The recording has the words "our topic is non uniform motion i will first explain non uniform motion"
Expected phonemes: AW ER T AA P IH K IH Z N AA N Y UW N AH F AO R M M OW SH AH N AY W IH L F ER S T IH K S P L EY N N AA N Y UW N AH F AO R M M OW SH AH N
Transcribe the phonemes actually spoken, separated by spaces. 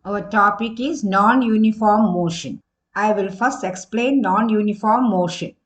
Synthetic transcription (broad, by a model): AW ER T AA P IH K IH Z N AA N Y UW N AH F AO R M M OW SH AH N AY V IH L F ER S T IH K S P L EY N N AA N Y UW N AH F AO R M M OW SH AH N